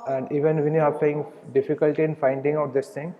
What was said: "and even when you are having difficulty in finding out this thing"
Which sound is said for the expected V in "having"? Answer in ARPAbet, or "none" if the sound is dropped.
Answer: none